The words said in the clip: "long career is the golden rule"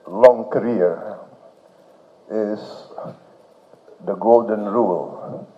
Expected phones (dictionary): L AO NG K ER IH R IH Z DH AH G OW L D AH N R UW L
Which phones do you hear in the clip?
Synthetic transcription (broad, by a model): L AO NG K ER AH R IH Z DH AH G OW L D AH N R UW L